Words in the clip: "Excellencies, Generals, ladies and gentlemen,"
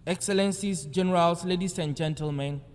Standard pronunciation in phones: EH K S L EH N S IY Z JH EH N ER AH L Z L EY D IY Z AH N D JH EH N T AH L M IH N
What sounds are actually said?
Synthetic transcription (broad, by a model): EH K S L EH N S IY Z JH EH N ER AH L S L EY D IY S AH N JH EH N T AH L M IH N